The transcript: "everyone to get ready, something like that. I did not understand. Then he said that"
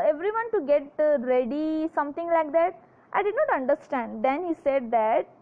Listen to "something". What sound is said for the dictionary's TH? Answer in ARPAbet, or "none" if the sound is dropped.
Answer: T